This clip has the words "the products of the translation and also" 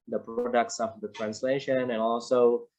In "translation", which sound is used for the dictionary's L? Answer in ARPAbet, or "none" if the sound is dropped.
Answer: L